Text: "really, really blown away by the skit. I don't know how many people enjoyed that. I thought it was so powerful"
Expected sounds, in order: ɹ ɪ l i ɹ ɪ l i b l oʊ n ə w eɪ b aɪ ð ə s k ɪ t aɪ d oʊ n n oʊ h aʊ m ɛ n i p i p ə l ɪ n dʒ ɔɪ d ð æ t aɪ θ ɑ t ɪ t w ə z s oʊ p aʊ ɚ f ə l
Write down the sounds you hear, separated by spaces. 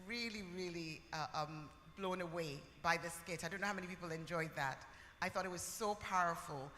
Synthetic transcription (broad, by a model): ɹ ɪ l i ɹ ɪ l i b l oʊ n ə w eɪ b aɪ ð ə s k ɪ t aɪ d oʊ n n oʊ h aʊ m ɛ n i p i p l ɪ n dʒ ɔɪ d ð æ t aɪ θ ɑ t ɪ t w ə z s oʊ p aʊ ɚ f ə l